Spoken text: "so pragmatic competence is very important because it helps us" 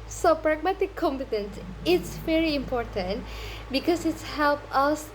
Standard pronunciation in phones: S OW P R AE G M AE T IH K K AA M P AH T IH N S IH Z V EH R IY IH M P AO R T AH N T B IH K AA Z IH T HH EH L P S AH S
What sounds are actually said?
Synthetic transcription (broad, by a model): S OW P R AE G M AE T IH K K AA M P AH T IH N S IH S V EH R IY IH M P AO R T AH N T B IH K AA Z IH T HH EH L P AH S